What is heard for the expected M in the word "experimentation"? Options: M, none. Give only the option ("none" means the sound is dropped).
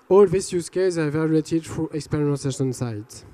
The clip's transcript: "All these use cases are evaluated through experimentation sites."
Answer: none